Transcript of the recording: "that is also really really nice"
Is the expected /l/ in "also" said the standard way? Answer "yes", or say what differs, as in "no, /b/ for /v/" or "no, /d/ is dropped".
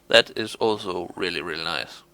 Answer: yes